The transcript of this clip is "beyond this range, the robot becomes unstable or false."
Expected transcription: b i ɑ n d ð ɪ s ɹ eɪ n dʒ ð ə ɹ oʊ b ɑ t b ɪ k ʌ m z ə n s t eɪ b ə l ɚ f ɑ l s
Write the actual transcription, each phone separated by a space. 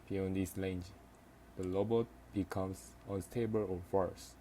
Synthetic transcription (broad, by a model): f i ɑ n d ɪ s l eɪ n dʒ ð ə l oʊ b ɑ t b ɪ k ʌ m s ə n s t eɪ b ə l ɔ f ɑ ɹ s